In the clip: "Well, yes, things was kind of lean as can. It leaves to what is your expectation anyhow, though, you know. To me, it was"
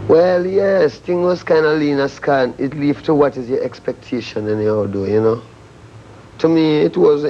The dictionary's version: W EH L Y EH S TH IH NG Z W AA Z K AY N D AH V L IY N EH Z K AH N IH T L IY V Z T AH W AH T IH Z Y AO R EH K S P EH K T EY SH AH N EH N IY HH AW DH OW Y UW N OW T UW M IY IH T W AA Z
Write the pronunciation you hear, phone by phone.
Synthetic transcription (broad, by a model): W EH L Y EH S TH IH NG W AA Z K AY N D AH L IY N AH S K AH N IH T L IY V T AH W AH T IH Z Y AO R EH K S P EH K T EY SH AH N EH N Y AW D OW Y UW N OW T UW M IY IH T W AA Z